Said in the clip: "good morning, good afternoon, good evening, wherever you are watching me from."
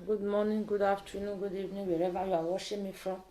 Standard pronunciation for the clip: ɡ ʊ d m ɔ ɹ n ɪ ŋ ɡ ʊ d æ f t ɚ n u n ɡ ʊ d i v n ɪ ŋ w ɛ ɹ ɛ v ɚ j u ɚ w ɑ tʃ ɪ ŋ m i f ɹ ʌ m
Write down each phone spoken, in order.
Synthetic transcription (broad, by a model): ɡ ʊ d m ɔ n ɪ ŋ ɡ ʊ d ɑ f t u n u ɡ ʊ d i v n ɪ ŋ w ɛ ɹ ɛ v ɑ j u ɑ w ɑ ʃ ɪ m i f ɹ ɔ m